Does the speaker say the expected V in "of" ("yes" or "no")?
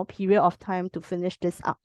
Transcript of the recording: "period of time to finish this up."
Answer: no